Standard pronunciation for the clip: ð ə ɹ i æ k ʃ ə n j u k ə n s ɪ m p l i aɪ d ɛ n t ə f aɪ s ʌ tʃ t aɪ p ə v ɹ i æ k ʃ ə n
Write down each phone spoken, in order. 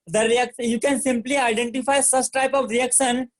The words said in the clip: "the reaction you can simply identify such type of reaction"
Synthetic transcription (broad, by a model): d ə ɹ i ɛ k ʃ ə j u k ə n s ɪ m p l i aɪ d ɛ n t ə f aɪ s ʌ s t aɪ p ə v ɹ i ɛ k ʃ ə n